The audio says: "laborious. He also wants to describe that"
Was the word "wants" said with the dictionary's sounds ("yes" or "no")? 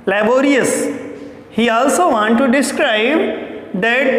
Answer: no